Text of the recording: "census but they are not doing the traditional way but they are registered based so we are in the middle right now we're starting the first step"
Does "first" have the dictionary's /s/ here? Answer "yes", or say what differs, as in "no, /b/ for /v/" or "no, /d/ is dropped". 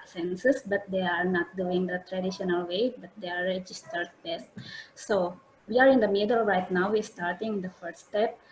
no, /s/ is dropped